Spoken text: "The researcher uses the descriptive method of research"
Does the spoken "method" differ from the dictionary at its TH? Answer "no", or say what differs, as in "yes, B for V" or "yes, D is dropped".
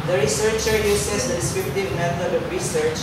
yes, T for TH